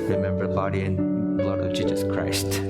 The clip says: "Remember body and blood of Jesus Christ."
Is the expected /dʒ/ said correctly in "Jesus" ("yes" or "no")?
yes